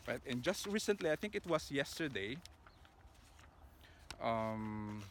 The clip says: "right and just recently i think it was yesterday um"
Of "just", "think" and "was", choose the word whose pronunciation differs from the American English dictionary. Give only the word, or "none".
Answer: was